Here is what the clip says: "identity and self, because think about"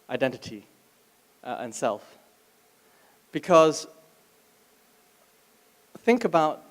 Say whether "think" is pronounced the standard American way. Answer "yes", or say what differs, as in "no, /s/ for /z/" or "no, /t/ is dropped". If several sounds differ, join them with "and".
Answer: yes